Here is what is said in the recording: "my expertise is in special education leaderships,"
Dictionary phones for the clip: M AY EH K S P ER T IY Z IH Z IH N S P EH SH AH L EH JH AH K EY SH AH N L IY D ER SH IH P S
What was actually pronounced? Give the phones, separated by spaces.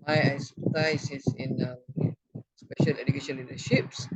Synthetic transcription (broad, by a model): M AY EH S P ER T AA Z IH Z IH N S P EH SH AH L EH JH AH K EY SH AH N L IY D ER SH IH P S